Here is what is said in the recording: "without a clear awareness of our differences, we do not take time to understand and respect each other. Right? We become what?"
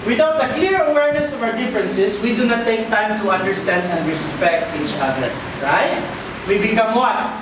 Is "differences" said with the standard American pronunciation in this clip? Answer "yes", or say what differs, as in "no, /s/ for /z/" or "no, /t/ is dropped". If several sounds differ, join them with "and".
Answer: no, /s/ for /z/